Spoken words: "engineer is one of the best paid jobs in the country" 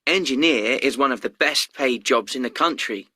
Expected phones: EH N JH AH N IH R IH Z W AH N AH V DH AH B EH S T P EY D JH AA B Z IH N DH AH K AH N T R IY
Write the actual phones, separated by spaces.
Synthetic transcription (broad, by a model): EH N JH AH N IH R IH Z W AH N AH V DH AH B EH S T P EY D JH AA B Z IH N DH AH K AH N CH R IY